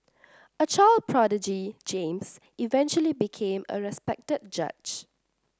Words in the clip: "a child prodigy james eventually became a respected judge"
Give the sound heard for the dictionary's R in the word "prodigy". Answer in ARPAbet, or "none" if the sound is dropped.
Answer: R